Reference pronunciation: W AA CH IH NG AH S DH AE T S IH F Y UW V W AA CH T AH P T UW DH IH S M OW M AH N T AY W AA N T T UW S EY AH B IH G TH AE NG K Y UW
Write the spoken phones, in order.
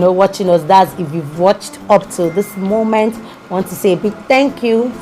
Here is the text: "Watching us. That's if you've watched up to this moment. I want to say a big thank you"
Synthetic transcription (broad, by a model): W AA CH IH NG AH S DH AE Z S IH F Y UW V W AA CH T AH P T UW DH IH S M OW M AH N T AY W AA N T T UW S EY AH B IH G TH AE NG K Y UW